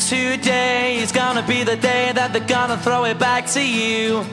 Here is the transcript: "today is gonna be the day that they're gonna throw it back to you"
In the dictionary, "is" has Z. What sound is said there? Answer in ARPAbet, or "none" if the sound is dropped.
Z